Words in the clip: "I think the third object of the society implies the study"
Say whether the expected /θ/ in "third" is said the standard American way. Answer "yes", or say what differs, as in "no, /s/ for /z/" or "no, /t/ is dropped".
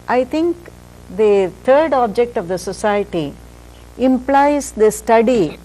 no, /t/ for /θ/